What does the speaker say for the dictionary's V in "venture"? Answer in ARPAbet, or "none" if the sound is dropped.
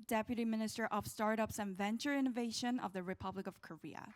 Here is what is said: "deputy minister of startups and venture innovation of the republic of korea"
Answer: V